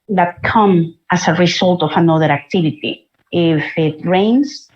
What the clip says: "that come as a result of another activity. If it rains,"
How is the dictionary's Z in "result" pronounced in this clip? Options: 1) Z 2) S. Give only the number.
2